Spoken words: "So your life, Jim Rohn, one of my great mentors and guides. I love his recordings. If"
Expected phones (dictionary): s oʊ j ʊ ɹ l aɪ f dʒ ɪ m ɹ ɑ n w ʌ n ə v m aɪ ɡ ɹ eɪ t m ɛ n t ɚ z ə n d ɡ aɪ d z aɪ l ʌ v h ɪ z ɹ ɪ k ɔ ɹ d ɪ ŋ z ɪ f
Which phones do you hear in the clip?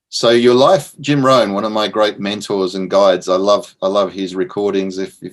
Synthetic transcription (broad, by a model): s oʊ j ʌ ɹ l aɪ f dʒ ɪ m ɹ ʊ n w ʌ n ə v m aɪ ɡ ɹ eɪ t m ɛ n t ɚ z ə n ɡ aɪ d z aɪ l ʌ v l ɪ z ɹ ɪ k ɔ ɹ d ɪ ŋ z ɪ f